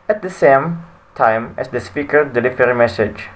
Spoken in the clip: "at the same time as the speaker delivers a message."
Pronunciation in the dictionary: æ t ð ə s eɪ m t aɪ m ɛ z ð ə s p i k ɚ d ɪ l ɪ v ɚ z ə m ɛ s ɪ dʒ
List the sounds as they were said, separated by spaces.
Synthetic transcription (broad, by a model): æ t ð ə s eɪ m t aɪ m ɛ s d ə s p i k ɚ d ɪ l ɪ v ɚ ə m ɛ s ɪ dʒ